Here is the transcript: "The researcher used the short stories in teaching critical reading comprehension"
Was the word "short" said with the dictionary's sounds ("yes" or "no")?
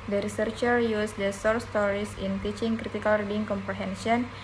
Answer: no